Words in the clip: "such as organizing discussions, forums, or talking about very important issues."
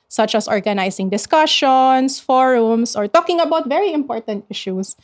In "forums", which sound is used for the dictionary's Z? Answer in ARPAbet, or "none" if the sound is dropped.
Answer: S